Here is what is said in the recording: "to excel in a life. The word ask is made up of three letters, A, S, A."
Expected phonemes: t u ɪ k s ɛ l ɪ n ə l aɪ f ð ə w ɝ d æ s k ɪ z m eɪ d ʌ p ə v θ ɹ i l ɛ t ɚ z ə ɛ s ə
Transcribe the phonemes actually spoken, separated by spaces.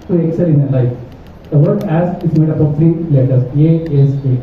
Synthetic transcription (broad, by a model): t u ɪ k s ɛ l ɪ n ə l aɪ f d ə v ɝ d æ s ɪ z m eɪ d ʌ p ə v t ɹ i l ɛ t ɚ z ə ɛ s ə